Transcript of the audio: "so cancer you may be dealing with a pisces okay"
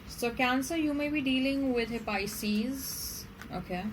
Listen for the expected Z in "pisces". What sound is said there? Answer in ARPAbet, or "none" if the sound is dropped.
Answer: Z